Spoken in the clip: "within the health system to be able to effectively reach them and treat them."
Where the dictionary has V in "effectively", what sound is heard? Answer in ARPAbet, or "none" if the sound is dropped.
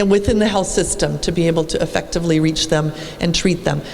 V